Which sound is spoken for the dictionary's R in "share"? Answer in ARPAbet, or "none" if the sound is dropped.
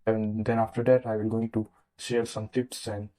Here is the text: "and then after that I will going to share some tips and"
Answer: L